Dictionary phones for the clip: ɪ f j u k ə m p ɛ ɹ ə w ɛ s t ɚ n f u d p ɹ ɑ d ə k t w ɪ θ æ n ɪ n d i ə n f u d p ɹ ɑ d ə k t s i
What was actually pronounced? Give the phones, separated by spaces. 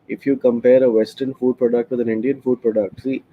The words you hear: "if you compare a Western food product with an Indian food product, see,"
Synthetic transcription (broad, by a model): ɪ f j u k ə m p ɛ ɹ ə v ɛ s t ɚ n f u d p ɹ ɑ d ə k t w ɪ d æ n ɪ n d i ə n f u d p ɹ ɑ d ə k t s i